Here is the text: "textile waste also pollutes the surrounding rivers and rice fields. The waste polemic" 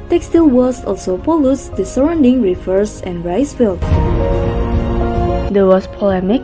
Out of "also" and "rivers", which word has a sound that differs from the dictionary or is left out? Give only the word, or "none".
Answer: rivers